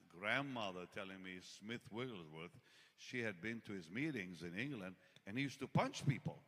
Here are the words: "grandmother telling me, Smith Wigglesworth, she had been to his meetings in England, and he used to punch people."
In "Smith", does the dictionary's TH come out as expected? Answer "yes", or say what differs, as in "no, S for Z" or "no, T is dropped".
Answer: yes